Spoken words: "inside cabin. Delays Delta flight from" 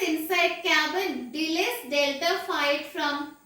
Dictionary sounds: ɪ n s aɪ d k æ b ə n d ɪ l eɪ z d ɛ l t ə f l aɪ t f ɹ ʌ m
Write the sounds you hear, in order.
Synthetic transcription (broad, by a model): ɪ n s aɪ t k æ b ə n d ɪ l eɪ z d ɛ l t ə f aɪ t f ɹ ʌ m